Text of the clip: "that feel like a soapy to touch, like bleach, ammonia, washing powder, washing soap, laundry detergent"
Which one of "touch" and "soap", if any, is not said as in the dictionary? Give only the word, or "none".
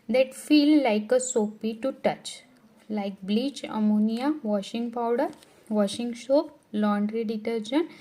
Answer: soap